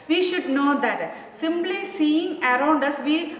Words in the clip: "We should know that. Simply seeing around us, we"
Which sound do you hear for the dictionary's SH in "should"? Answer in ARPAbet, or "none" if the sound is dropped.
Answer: SH